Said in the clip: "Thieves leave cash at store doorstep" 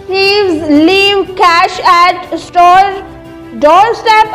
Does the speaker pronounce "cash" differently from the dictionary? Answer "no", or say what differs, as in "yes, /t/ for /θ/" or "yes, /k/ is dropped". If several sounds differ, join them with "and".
no